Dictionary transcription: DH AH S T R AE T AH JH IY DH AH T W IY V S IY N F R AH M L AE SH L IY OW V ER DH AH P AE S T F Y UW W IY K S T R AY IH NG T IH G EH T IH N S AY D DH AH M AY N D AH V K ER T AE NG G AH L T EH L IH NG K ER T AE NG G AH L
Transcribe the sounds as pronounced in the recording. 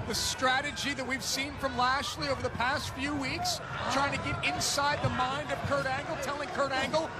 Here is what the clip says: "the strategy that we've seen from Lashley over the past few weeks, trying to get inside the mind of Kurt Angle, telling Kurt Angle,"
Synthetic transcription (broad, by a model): DH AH S T R AE T AH JH IY DH AH T W IY V S IY N F R AH M L AE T L IY OW V ER DH AH P AE S T F Y UW W IY K S T R AY IH NG T IH G EH T IH N S AY D DH AH M AY N D AH V K ER T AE NG G L T EH L IH NG K ER T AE NG G L